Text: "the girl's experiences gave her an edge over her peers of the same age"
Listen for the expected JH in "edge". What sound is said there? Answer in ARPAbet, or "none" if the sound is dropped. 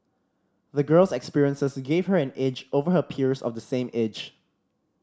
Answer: JH